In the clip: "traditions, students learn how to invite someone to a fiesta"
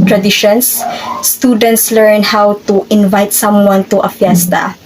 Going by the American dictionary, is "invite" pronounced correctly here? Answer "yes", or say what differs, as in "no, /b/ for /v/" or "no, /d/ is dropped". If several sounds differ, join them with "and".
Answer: yes